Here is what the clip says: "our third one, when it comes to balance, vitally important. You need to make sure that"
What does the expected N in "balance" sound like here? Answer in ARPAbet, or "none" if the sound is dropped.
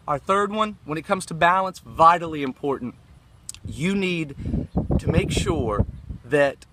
N